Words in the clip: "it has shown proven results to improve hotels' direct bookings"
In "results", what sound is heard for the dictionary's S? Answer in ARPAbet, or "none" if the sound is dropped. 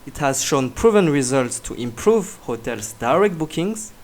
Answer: S